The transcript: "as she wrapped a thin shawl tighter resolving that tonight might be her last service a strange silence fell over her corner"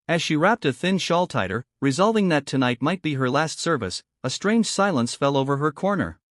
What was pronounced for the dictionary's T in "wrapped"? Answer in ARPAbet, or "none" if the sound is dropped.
T